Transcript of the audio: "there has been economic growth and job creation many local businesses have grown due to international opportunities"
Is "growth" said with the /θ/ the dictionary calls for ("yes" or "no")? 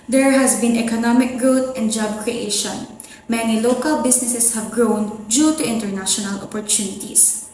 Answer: no